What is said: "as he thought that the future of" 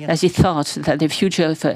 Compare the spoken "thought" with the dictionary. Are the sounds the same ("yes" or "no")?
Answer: yes